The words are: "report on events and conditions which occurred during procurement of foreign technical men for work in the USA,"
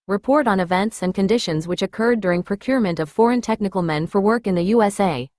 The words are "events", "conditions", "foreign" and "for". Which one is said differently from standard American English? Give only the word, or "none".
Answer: none